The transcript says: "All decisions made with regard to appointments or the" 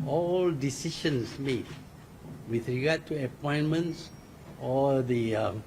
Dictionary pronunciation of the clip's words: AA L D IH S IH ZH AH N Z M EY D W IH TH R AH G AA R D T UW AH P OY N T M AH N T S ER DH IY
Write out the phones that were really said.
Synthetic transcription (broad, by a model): AA L D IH S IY SH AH N S M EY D W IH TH R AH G AA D T UW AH P OY N M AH N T S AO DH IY